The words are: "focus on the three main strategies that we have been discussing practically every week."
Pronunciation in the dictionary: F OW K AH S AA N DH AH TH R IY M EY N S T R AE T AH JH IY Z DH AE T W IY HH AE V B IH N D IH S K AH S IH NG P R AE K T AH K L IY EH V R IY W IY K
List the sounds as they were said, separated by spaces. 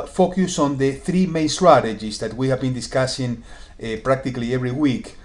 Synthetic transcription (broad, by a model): F OW K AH S AA N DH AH TH R IY M EY N S T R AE T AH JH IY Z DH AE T W IY HH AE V B IH N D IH S K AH S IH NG P R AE K T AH K L IY EH V R IY W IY K